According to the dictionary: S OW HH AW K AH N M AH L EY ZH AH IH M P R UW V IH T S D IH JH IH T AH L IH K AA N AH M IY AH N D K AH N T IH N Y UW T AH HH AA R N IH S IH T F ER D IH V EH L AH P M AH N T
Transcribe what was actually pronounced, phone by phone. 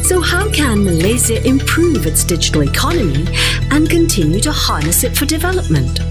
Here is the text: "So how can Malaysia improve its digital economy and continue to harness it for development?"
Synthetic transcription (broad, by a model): S OW HH AW K AH N M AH L EY Z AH IH M P R UW V IH T S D IH JH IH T L IH K AA N AH M IY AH N K AH N T IH N Y UW T AH HH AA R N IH S IH T F ER D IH V EH L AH P M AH N T